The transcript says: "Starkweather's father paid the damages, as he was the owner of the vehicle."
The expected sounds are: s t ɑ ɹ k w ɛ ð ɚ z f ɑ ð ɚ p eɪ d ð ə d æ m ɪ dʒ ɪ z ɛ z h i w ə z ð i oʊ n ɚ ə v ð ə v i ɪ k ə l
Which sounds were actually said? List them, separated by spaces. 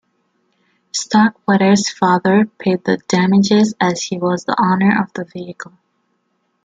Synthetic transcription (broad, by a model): s t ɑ k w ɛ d ɚ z f ɑ ð ɚ p eɪ d ð ə d æ m ɪ dʒ ɪ z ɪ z h i w ə z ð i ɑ n ɚ ə v ð ə v i ɪ k ə l